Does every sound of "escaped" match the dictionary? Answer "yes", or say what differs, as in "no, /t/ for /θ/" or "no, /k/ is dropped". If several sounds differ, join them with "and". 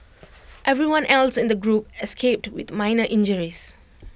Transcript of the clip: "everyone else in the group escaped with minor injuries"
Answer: yes